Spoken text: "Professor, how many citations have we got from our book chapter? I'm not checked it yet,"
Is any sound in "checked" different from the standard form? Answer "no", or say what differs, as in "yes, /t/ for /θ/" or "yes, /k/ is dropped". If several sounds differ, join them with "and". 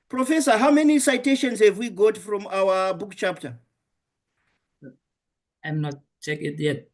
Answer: yes, /t/ is dropped